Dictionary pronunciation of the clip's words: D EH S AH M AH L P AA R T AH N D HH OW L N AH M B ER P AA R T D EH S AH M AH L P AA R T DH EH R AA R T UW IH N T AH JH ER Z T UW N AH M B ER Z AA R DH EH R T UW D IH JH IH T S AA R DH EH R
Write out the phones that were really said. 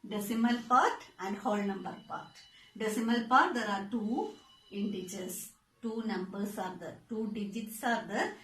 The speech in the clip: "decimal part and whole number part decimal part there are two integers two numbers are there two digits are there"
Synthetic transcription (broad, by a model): D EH S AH M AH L P AA R T AH N D HH OW L N AH M B ER P AA R T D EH S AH M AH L P AA R T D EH R AA R T UW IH N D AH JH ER S T UW N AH M B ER S AA R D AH T UW D IH JH IH T S AA R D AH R